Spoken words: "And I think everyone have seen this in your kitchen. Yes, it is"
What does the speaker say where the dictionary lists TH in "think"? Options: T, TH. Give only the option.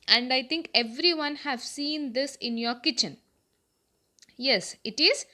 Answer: T